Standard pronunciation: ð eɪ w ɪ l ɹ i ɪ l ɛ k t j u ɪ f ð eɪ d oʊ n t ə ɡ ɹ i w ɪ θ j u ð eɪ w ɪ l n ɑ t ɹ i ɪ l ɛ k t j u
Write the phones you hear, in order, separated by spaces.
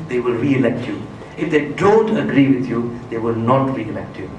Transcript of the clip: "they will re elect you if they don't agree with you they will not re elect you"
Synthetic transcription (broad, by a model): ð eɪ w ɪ l ɹ i ɪ l ɛ k t j u ɪ f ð eɪ d oʊ n t ə ɡ ɹ i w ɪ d j u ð eɪ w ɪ l n ɑ t ɹ i ɪ l ɛ k t j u